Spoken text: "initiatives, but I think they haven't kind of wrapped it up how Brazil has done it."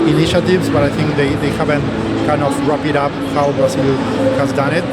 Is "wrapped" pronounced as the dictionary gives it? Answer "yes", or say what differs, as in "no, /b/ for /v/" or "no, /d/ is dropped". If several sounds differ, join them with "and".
no, /t/ is dropped